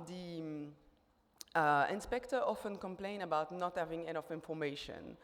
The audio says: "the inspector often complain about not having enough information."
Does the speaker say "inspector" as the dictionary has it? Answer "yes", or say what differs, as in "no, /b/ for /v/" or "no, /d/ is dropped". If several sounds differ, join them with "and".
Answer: yes